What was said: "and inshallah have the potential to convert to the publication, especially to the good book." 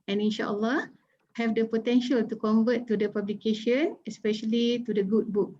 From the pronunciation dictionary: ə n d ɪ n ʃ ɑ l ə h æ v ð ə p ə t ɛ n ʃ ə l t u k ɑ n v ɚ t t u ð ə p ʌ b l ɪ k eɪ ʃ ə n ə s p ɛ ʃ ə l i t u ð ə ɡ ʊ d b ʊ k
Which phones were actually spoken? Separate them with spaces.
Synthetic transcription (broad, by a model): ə n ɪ n ʃ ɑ l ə h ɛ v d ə p ə t ɛ n ʃ ə l t u k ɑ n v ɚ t t u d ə p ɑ b l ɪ k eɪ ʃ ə n ə s p ɛ ʃ ə l i t u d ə ɡ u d b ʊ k